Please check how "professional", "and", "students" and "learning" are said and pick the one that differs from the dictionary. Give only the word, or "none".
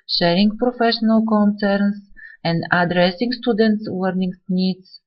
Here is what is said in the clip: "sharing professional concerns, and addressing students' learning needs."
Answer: learning